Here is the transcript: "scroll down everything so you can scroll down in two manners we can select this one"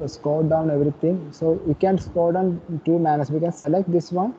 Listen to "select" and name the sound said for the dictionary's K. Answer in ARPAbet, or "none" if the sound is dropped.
K